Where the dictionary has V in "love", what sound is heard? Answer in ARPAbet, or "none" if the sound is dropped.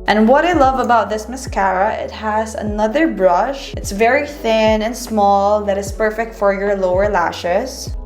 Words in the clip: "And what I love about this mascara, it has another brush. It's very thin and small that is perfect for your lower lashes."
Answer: V